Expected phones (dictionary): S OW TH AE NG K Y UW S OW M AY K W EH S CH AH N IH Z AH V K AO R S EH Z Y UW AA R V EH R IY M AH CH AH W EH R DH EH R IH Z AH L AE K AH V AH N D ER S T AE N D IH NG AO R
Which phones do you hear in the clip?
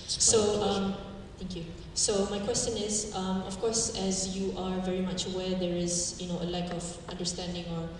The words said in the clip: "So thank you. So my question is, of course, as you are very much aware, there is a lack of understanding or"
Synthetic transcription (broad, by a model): S OW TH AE NG K Y UW S OW M AY K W EH S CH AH N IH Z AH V K AO R S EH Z Y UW AA R V EH R IY M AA CH W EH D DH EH R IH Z AH L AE K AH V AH N D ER S T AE N D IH NG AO R